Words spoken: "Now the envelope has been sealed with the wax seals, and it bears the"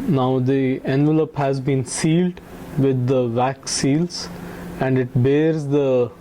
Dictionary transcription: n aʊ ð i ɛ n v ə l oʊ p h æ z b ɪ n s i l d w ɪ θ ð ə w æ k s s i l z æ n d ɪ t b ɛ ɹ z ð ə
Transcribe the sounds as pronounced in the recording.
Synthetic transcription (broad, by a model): n aʊ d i ɛ n v ə l oʊ p h æ z b ɪ n s i l d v ɪ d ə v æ k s s i l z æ n d ɪ t b ɛ ɹ z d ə